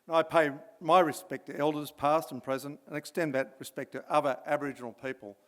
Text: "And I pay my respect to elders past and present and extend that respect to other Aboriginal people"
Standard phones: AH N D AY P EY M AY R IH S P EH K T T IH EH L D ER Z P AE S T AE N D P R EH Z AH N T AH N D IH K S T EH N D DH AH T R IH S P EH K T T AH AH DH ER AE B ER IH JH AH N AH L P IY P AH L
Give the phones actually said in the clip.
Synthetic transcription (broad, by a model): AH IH P EY M AY R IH S P EH K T T IH EH L D ER Z P AE S T N P R EH Z AH N T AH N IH K S T EH N DH AH T R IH S P EH K T T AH AH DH ER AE B ER IH JH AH N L P IY P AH L